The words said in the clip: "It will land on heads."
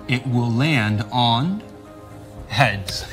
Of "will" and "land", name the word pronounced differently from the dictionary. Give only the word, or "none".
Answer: none